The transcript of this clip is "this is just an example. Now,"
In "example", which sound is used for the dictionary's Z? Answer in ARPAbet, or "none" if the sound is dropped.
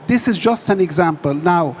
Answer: Z